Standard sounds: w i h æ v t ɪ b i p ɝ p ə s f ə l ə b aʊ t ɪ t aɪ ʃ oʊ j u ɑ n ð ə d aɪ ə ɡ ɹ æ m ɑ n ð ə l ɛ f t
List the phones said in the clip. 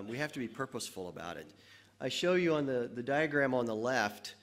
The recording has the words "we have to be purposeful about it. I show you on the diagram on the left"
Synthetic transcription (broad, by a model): w i h æ f t ɪ b i p ɝ p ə s f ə l ə b aʊ t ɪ t aɪ ʃ oʊ j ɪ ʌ n ð ə d aɪ ə ɡ ɹ æ m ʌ n ð ə l ɛ f t